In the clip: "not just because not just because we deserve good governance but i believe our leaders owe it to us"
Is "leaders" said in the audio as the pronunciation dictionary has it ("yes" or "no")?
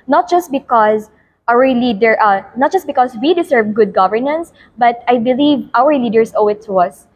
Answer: no